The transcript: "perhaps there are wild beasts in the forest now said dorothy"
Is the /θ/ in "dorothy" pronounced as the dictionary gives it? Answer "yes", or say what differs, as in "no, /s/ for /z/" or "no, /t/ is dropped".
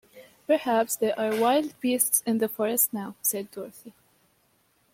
yes